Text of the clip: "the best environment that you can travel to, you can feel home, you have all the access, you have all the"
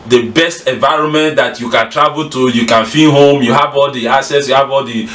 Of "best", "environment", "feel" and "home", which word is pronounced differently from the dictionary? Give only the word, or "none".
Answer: feel